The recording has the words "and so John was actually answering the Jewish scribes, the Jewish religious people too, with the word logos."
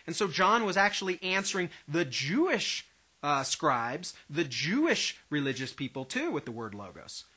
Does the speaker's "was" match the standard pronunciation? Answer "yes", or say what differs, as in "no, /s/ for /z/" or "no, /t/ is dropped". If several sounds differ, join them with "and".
yes